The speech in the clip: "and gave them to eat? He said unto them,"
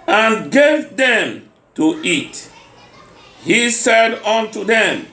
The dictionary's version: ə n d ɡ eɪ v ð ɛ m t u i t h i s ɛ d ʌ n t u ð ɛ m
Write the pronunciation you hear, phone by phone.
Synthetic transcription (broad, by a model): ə n ɡ eɪ v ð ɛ m t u i t h i s ɛ d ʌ n t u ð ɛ m